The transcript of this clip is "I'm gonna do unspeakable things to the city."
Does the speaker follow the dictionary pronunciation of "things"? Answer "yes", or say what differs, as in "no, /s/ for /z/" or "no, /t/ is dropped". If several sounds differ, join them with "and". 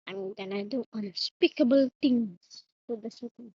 no, /t/ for /θ/